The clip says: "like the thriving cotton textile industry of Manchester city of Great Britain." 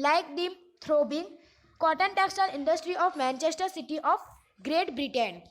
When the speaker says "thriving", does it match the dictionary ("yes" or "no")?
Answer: no